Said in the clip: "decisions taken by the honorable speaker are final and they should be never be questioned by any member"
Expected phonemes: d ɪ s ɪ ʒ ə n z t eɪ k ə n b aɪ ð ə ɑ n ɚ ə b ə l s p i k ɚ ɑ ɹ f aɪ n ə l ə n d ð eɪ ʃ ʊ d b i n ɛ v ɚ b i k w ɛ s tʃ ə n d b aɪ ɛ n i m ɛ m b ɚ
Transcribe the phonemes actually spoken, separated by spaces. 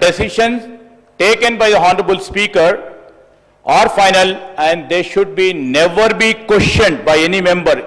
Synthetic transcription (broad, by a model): d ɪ s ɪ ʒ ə n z t eɪ k ə n b aɪ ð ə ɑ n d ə b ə l s p i k ɚ ɑ ɹ f aɪ n ə l ə n d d eɪ ʃ ʊ d b i n ɛ v ɚ b i k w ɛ ʃ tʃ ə n d b aɪ ɛ n i m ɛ m b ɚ